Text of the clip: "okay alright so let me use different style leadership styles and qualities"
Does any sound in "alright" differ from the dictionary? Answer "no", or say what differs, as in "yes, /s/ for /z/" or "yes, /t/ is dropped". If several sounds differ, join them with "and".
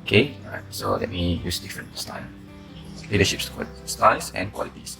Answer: yes, /l/ is dropped